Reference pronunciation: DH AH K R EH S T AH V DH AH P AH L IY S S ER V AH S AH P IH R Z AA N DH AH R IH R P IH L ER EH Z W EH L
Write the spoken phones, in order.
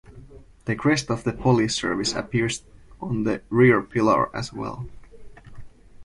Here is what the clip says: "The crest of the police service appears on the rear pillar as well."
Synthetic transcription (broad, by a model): DH AH K R EH S T AH V DH AH P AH L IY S S ER V AH S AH P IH R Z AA N DH AH R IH R P IH L ER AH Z W EH L